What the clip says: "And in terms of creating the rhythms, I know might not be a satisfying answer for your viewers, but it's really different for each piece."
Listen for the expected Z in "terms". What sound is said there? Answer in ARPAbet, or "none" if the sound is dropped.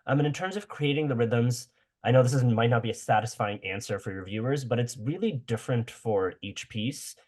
Z